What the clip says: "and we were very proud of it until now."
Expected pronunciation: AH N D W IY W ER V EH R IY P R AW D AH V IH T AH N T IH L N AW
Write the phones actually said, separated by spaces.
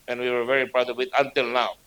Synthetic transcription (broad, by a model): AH N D W IY W ER V EH R IY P R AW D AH B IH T AH N T IH L N AW